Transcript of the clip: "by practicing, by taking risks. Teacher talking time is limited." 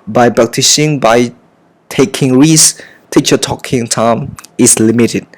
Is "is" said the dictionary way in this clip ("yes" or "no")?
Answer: no